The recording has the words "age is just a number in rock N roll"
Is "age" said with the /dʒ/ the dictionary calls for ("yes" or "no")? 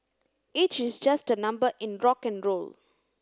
no